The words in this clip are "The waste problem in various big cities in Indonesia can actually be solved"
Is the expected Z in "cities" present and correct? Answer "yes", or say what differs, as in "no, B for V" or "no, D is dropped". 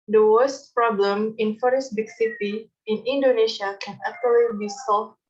no, Z is dropped